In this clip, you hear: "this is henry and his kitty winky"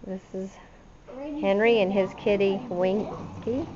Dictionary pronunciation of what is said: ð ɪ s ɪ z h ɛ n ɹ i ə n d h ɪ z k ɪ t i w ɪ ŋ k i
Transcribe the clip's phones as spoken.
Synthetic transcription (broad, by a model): ð ɪ s ɪ z h ɛ n ɹ i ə n ɪ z k ɪ t i w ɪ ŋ k i